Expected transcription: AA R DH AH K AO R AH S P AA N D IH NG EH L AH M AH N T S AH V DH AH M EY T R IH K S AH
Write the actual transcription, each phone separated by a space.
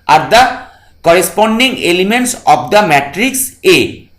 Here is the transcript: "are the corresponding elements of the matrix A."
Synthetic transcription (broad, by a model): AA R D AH K AO R AH S P AA N D IH NG EH L AH M AH N T S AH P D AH M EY T R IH K S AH